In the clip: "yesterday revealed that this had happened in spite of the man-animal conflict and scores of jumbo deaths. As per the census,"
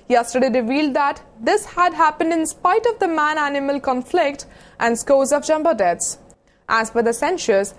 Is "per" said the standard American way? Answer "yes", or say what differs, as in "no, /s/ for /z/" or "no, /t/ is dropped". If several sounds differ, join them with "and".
no, /f/ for /p/